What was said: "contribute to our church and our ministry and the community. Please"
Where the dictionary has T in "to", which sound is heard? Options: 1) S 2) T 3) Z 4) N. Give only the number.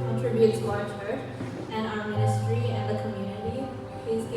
1